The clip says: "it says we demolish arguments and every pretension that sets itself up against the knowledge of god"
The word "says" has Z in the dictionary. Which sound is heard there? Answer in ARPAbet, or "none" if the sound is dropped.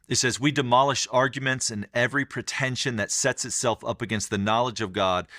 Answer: Z